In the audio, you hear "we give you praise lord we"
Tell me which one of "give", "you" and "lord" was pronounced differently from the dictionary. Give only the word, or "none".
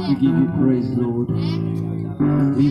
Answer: none